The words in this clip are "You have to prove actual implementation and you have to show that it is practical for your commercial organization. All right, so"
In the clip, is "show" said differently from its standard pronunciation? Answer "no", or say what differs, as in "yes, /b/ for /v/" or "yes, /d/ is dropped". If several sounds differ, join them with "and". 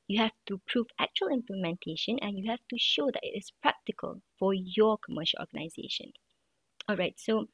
no